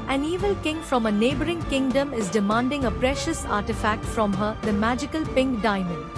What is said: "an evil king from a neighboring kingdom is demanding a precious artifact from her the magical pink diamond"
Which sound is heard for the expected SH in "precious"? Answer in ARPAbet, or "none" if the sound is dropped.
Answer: SH